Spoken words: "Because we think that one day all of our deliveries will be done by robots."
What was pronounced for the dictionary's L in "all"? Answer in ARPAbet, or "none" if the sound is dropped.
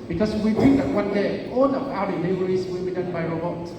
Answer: N